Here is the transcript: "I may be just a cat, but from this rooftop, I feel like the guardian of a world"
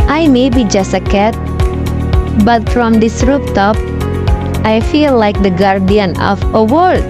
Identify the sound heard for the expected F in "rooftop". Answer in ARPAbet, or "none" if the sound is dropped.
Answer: P